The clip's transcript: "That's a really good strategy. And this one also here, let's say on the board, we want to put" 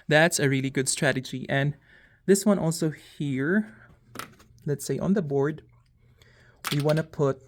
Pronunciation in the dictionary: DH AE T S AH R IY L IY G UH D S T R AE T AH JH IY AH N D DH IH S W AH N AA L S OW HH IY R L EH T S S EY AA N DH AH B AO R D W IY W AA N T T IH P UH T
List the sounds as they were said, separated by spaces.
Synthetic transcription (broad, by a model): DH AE T S AH R IY L IY G UH D S T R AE T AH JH IY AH N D DH IH S W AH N AA L S OW HH IY R L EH T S S EY AA N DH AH B AO R D W IY W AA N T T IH P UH T